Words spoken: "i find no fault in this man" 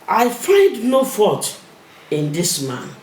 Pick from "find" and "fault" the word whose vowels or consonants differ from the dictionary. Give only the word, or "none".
fault